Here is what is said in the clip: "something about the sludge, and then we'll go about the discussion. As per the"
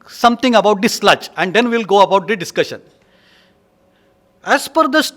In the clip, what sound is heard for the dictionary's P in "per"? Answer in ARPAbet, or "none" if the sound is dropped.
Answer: F